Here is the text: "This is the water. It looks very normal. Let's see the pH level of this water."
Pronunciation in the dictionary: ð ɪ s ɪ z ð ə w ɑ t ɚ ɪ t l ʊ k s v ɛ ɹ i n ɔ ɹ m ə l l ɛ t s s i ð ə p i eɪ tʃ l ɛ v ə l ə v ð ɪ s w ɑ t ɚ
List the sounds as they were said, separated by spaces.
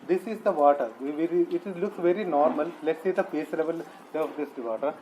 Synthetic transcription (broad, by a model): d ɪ s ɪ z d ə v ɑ t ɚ ɪ t l ʊ k s v ɛ ɹ i n ɔ ɹ m ə l l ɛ t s s i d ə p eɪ s l ɛ v ə l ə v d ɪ s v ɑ t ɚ